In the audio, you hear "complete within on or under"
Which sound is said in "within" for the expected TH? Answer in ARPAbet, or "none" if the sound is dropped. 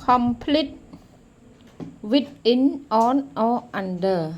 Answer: T